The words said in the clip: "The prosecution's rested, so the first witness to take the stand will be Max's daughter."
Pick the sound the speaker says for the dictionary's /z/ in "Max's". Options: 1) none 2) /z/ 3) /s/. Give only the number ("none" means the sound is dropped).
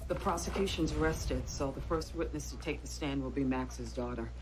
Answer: 2